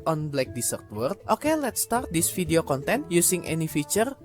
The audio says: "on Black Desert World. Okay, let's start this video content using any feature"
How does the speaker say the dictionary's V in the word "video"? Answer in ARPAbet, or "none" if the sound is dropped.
F